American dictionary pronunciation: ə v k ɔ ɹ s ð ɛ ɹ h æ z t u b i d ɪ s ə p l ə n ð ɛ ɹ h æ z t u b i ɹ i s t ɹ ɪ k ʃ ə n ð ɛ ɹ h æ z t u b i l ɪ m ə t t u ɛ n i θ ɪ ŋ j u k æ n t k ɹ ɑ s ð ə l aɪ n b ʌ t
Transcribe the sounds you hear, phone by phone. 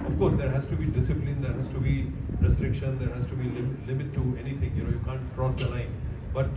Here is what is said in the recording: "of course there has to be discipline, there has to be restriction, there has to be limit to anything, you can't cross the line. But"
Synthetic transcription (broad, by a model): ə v k ɔ ɹ s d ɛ ɹ h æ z t u b i d ɪ s ə p l ə n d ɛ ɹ h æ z t u b i ɹ i s t ɹ ɪ k ʃ ə n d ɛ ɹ h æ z t u b i l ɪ m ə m t u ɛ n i t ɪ ŋ j u k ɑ n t k ɹ ɑ s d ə l aɪ n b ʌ t